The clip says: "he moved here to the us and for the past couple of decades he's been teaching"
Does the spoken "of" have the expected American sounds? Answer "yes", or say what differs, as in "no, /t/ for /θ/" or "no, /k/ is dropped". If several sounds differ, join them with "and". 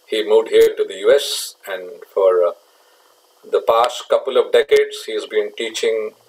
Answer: yes